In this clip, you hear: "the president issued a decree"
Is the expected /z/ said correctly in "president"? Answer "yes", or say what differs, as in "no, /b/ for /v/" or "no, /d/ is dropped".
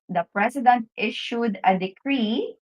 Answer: no, /s/ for /z/